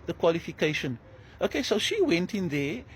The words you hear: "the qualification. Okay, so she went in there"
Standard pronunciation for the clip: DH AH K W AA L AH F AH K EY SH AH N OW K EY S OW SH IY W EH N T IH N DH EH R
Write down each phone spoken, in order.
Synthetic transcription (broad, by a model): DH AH K W AA L AH F AH K EY SH AH N OW K EY S OW SH IY W EH N T IH N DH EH